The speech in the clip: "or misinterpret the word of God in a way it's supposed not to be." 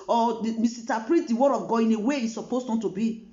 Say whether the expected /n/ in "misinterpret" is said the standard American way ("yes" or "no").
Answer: no